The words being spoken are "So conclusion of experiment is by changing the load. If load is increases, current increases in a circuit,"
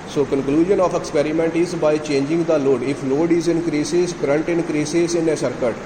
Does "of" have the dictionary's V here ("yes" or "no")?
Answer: no